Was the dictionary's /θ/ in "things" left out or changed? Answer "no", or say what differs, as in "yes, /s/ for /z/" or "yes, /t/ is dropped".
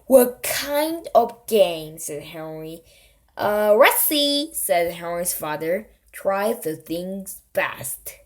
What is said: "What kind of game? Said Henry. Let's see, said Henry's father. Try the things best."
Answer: no